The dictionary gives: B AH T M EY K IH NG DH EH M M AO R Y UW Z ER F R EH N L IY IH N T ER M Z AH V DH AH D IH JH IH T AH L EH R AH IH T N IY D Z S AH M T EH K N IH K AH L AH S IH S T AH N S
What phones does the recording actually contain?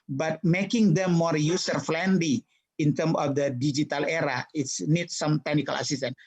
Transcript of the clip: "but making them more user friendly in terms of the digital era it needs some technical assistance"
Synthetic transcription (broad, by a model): B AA T M EY K IH NG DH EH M M AO R Y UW S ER F L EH N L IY IH N T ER M AH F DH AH D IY JH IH T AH L EH R AH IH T N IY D S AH M T EH K N IH K AH L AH S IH S T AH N